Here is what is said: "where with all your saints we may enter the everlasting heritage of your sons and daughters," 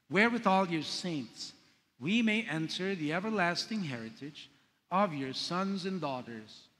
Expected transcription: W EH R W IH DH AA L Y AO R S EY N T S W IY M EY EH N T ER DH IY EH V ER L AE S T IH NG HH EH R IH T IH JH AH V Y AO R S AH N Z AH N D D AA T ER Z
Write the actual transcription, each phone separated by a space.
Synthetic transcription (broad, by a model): W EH R W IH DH AA L Y AO R S EY N T S W IY M EY EH N T ER DH IY EH V ER L AE S T IH NG HH EH R IH T IH JH AH V Y AO R S AH N Z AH N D D AA T ER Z